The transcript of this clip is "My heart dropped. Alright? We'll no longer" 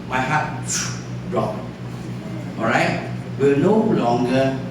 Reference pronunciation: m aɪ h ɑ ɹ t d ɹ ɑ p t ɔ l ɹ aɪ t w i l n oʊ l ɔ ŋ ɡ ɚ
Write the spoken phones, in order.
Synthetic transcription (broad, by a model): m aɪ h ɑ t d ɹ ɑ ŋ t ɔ ɹ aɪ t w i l n oʊ l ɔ ŋ ɡ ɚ